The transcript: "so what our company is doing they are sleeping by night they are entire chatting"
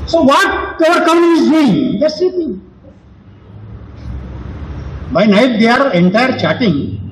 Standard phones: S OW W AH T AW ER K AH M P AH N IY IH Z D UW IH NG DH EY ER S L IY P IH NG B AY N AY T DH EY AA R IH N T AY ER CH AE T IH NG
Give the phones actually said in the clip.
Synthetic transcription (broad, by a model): S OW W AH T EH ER K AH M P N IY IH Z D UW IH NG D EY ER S IY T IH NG B AY N AY T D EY AA R IH N T AY ER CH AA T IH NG